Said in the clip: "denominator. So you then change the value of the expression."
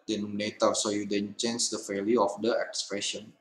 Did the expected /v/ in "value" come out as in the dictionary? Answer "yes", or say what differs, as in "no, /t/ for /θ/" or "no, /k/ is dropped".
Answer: no, /f/ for /v/